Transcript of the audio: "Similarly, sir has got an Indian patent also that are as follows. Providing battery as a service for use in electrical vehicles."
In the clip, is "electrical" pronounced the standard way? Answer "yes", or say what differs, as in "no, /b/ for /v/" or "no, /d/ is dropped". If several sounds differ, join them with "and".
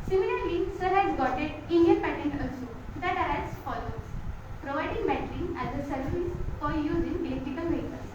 no, /ɹ/ is dropped